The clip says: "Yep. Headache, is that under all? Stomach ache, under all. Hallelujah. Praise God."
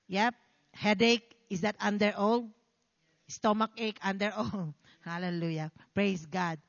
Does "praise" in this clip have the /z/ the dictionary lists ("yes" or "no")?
no